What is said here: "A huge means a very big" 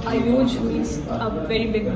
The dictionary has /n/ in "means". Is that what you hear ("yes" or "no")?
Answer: no